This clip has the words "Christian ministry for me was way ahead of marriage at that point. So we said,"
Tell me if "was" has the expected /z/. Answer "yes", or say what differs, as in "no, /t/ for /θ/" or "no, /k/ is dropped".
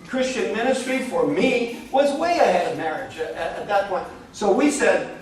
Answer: yes